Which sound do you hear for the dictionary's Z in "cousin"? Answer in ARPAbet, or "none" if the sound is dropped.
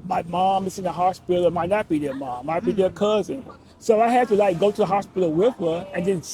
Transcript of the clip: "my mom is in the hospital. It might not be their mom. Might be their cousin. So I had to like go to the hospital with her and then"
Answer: Z